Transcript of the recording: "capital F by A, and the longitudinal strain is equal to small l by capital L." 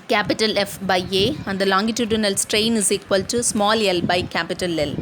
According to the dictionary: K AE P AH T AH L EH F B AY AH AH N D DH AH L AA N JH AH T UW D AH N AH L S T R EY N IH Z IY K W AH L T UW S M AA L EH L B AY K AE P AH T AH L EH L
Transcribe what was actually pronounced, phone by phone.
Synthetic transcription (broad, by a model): K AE P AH T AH L EH F B AY AH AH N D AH L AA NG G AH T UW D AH N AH L S T R EY N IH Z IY K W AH L T UW S M AA L EH L B AY K AE P AH T AH L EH L